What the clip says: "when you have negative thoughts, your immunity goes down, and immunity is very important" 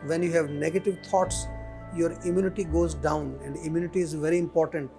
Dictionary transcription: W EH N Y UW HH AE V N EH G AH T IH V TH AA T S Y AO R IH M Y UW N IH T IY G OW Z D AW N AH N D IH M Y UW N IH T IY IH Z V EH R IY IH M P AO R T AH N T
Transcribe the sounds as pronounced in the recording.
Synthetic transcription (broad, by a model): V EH N Y UW HH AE V N EH G AH T IH V T AA T S Y AO R IH M Y UW N IH T IY G OW Z D AW N AH N D IH M Y UW N IH T IY IH Z V EH R IY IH M P AO R T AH N T